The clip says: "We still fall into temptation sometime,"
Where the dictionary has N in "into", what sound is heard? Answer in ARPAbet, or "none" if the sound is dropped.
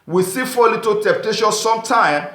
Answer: none